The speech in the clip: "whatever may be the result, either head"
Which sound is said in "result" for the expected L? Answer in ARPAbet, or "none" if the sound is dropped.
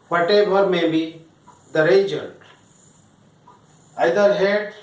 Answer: N